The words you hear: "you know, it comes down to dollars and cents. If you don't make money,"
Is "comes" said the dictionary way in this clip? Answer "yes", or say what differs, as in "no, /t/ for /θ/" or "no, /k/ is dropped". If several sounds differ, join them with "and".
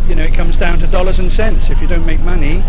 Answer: yes